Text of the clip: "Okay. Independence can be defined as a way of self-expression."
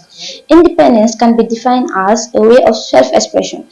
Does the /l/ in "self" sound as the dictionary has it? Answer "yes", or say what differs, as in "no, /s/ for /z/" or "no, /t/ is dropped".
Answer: yes